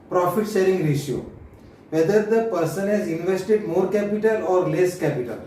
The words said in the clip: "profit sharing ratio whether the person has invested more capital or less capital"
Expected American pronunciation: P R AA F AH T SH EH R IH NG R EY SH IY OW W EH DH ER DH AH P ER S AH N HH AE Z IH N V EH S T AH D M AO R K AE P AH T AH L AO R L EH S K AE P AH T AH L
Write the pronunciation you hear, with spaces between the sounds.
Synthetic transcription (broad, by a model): P R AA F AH T S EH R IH NG R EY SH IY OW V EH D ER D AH P ER S AH N HH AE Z IH N V EH S T AH D M AO R K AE P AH T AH L AO R L EH S K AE P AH T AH L